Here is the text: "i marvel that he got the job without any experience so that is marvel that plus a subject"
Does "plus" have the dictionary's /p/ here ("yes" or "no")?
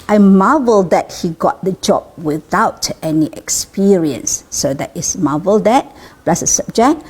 no